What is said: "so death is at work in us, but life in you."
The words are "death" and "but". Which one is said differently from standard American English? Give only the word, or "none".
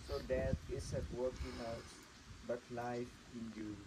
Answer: death